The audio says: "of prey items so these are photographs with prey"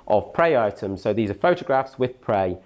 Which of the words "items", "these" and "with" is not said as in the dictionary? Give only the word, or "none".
none